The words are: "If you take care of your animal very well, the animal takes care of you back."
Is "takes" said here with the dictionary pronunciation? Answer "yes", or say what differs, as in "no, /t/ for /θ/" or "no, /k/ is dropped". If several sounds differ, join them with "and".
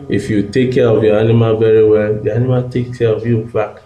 no, /s/ is dropped